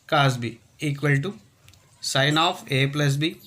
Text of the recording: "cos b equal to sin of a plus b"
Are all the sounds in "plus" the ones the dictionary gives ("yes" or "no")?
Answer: yes